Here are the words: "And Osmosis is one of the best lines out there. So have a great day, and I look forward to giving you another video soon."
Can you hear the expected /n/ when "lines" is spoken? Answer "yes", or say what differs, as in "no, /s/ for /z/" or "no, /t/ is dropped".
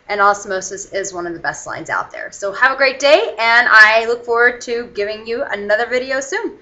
yes